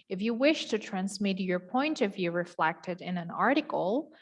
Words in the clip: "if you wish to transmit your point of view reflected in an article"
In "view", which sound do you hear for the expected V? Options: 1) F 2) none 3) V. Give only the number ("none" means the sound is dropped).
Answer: 3